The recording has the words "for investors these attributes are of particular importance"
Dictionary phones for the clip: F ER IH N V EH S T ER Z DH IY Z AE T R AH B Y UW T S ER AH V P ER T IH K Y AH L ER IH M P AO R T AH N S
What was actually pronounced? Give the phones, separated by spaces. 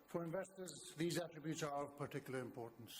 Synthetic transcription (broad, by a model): F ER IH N V EH S T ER Z DH IY Z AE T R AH B Y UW T S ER AH V P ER T IH K Y L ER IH M P AO R T N S